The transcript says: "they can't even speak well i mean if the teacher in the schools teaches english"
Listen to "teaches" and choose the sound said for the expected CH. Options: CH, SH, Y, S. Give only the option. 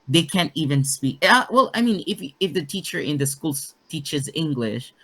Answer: CH